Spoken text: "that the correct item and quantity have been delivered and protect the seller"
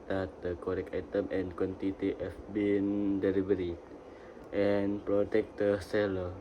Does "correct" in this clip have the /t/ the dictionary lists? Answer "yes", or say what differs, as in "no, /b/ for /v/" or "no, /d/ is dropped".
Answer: no, /t/ is dropped